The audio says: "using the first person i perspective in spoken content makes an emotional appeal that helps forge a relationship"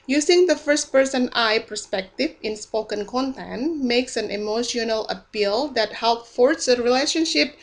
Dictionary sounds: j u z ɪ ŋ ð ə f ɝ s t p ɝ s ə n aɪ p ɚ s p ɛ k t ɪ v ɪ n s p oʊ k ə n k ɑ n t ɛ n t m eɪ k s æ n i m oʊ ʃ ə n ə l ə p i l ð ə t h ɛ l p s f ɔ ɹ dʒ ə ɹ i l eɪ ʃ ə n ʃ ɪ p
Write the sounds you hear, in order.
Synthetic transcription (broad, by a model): j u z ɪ ŋ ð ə f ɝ s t p ɝ s ə n aɪ p ɚ s p ɛ k t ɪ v ɪ n s p oʊ k ə n k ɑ n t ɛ n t m eɪ k s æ n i m oʊ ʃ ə n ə l ə p i l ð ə t h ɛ l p f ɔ ɹ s ə ɹ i l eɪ ʃ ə n ʃ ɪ p